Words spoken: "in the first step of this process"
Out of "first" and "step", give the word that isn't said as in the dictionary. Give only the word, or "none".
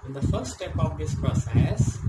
first